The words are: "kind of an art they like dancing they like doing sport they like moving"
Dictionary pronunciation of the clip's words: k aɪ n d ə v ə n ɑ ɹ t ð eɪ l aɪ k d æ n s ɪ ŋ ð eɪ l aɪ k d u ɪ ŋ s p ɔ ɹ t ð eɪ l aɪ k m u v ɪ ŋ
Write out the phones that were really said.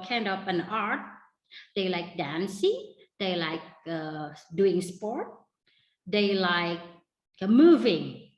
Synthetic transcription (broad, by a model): k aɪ n d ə p ə n ɑ ɹ t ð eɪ l aɪ k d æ n s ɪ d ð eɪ l aɪ k d u ɪ ŋ s p ɔ ɹ t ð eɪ l aɪ k m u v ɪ ŋ